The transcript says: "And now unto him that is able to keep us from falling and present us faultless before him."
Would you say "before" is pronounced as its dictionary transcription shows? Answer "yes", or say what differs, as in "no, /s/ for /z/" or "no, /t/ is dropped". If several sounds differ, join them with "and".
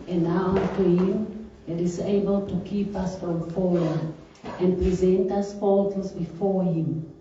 yes